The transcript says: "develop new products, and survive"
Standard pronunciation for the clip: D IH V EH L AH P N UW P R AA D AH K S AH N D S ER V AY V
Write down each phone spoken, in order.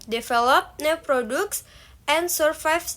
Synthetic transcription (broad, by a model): D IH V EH L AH P N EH P R AA D AH K S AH N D S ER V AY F